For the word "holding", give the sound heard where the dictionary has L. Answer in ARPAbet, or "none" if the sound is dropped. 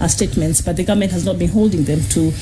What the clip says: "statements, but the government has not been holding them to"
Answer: L